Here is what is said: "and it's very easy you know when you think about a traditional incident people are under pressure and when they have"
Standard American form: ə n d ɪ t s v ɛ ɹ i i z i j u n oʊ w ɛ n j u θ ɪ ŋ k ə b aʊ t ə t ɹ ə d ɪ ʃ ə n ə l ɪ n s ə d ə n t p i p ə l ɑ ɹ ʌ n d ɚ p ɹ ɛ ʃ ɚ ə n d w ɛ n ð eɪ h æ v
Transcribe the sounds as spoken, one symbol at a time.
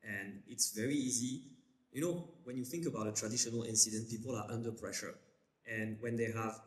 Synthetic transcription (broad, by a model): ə n ɪ t s v ɛ ɹ i i z i j u n oʊ w ɛ n j u θ ɪ ŋ k ə b aʊ t ə t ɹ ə d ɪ ʃ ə n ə l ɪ n s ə d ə n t p i p ə l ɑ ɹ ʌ n d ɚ p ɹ ɛ ʃ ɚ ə n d w ɛ n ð eɪ h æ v